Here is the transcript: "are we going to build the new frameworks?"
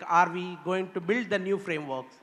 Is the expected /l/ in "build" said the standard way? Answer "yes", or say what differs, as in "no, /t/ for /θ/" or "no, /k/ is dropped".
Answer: yes